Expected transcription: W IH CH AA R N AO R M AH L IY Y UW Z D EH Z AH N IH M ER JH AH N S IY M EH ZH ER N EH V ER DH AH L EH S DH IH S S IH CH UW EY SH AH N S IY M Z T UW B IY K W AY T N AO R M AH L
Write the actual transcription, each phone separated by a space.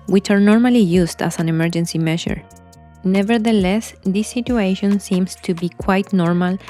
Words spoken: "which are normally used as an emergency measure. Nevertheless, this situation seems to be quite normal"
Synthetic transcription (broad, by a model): W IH CH AA R N AO R M AH L IY Y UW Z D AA S AH N IH M ER JH AH N S IY M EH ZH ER N EH V ER DH AH L EH S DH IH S S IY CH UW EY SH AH N S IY M S T UW B IY K W AY T N AO R M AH L